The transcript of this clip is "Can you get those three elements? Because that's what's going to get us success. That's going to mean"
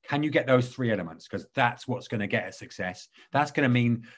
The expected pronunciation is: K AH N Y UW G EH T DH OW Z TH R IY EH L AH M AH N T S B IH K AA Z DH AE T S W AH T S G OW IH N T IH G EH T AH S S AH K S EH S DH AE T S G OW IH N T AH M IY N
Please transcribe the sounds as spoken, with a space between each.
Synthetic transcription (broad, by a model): K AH N Y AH G EH T DH OW Z TH R IY EH L AH M AH N T S K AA Z DH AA T S W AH T S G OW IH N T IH G EH T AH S S AH K S EH S DH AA T S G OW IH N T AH M IY N